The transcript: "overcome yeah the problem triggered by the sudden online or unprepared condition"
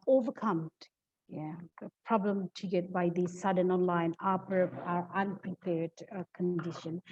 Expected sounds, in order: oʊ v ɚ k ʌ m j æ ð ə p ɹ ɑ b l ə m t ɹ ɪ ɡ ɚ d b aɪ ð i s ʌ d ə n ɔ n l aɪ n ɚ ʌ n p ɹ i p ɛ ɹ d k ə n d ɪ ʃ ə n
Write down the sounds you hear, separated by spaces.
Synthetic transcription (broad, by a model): oʊ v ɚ k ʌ m j æ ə p ɹ ɑ b l ə m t ɪ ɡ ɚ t b aɪ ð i s ʌ d ə n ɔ n l aɪ n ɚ ʌ n p ɹ i p ɛ ɹ d k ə n d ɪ ʃ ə n